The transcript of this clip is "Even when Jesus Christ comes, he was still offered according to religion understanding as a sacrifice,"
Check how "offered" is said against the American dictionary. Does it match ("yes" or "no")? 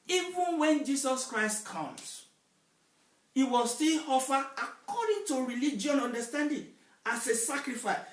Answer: no